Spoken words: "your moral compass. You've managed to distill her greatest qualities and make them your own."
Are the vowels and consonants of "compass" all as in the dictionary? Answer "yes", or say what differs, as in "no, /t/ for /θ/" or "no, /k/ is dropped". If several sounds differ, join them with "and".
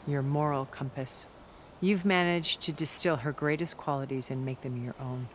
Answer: yes